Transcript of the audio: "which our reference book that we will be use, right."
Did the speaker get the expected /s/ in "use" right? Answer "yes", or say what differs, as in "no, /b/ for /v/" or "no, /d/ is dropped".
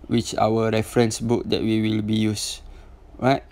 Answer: yes